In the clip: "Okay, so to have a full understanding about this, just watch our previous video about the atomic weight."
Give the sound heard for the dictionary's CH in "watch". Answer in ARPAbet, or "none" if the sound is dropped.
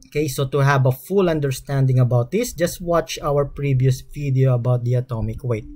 CH